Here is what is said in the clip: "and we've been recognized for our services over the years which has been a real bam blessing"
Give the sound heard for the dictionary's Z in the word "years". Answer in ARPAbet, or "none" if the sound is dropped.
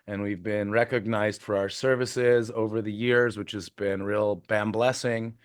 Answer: Z